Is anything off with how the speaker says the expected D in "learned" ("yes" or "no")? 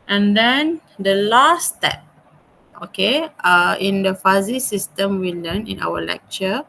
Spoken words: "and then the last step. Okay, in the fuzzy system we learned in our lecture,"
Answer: yes